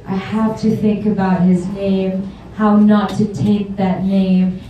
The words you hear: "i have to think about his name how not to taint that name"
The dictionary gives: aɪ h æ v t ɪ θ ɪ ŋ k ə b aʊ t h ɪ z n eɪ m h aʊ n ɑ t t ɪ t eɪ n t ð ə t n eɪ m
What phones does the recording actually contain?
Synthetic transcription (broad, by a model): aɪ h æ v t ɪ θ ɪ ŋ k ə b aʊ t h ɪ z n eɪ m h aʊ n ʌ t t ɪ t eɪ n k ð ə t n eɪ m